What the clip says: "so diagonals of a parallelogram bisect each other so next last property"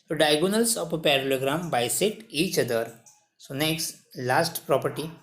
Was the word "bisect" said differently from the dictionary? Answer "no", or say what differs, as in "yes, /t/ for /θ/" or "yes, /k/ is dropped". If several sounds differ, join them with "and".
yes, /k/ is dropped